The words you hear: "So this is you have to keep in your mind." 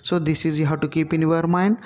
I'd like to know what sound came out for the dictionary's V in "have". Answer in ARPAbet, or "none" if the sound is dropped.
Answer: W